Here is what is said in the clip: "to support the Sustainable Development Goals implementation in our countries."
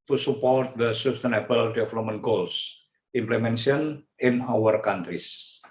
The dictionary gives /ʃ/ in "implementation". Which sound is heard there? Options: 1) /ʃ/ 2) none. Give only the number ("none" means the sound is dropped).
2